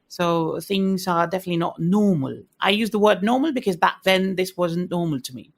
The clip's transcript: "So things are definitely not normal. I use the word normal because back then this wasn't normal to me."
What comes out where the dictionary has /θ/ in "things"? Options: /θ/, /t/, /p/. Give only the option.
/θ/